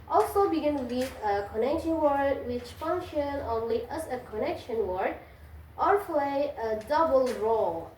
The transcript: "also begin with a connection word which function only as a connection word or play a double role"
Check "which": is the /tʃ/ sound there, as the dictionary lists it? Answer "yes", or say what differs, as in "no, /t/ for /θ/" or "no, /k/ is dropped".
yes